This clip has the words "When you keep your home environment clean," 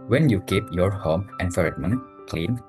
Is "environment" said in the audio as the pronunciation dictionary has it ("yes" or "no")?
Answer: no